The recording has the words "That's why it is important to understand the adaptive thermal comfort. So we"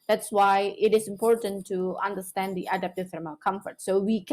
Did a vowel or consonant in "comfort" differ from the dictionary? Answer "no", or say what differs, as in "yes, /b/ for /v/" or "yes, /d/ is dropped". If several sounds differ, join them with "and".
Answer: no